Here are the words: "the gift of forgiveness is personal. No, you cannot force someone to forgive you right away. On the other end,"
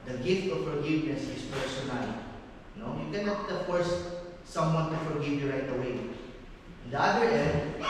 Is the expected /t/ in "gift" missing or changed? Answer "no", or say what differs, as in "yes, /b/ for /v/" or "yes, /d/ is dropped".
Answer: no